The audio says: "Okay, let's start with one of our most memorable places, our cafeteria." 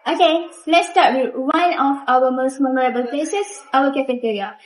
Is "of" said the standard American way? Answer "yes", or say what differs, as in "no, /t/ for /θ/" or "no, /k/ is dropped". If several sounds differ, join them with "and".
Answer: no, /f/ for /v/